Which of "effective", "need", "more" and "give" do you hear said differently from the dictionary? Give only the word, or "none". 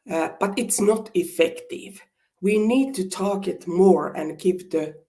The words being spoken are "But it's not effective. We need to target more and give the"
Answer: give